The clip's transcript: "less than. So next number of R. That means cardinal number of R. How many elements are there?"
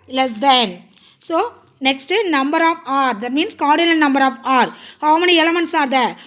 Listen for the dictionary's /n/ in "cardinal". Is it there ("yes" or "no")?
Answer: no